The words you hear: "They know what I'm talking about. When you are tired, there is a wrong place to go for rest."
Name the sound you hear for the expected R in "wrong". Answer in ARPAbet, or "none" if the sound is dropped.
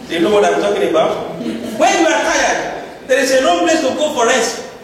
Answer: L